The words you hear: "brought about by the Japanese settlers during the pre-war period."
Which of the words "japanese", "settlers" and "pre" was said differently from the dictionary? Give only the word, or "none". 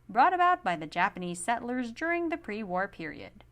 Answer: none